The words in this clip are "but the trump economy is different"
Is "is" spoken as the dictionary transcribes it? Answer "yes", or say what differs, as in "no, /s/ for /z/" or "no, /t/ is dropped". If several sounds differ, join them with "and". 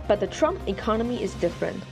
yes